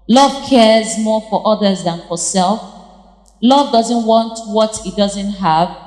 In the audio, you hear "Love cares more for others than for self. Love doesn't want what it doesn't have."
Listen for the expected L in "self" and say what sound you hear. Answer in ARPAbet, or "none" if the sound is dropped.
L